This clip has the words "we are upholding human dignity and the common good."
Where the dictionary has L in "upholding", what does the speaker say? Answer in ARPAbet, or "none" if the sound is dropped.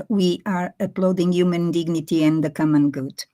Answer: none